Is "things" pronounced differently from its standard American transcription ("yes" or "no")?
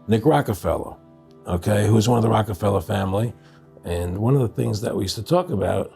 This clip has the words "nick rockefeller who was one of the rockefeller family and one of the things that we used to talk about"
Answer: no